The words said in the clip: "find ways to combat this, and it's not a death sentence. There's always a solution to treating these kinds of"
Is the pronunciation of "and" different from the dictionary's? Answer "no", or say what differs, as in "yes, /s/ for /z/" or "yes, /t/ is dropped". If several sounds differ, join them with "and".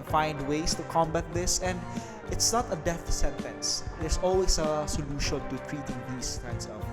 no